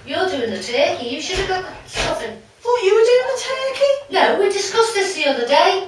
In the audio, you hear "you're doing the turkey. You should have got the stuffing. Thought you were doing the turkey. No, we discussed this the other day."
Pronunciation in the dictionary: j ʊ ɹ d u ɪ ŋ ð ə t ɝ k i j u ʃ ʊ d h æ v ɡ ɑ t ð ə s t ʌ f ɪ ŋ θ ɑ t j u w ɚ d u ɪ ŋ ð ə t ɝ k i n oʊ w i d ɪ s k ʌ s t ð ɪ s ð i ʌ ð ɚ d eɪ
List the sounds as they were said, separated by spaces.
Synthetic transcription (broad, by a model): j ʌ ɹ d u ɪ ŋ ð ə t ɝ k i j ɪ ʃ ʊ d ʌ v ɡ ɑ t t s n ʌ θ ɪ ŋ f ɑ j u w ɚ d u ɪ ŋ ð ə t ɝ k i n oʊ w i d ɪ s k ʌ s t ð ɪ s ð i ʌ ð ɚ d eɪ